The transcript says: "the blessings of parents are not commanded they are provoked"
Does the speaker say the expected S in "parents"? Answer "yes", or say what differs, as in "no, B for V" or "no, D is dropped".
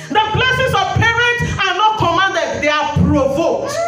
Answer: no, S is dropped